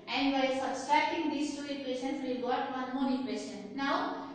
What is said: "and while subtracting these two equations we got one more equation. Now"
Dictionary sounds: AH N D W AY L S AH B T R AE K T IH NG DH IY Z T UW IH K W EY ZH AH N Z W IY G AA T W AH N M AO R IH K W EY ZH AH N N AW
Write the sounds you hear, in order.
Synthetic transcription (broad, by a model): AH N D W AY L S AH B T R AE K T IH NG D IY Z T UW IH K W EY S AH N S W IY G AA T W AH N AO L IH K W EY S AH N N AW